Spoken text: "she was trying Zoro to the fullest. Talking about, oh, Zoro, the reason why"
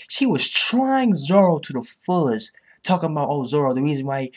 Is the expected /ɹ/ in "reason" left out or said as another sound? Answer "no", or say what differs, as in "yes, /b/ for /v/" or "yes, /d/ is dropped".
no